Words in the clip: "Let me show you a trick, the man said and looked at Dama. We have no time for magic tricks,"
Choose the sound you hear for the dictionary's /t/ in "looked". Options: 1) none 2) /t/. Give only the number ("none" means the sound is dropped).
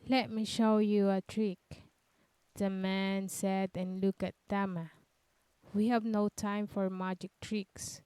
1